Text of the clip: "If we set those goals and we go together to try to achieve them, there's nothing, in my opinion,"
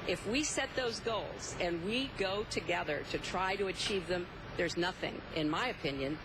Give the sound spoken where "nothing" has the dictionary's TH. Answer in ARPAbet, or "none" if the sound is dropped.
TH